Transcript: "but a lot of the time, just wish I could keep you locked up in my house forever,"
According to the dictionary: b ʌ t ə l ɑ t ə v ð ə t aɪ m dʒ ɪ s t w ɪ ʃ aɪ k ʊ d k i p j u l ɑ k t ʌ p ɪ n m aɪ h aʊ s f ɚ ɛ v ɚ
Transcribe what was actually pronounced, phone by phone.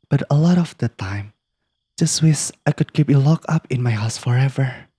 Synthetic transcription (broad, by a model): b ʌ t ə l ɑ t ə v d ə t aɪ m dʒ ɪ s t w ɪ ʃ aɪ k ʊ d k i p j u l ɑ k ʌ p ɪ n m aɪ h aʊ s f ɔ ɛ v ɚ